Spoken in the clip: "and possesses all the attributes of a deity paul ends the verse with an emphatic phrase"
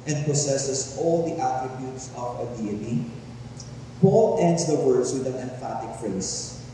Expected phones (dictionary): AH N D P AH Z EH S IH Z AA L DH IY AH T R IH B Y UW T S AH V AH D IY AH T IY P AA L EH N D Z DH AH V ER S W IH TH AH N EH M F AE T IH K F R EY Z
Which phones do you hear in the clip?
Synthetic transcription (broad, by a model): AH N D P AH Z EH S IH S AA L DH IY AH T R IH B Y UW T S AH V AH D IY AH T IY P AA L EH N D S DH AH W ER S W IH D AH N EH M F AE T IH K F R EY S